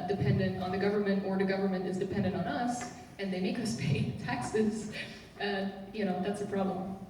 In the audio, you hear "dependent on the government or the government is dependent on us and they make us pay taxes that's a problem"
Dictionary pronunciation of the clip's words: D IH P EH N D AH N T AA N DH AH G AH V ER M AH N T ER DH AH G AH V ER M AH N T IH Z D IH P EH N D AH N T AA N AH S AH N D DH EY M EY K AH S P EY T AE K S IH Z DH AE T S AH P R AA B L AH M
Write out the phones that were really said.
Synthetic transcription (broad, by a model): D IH P EH N D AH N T N DH AH G AH V ER M AH N T ER DH AH G AH V ER M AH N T IH Z D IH P EH N D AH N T N AH S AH N DH EY M EY K AH S P EY T AE K S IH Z DH AE T S AH P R AA B L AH M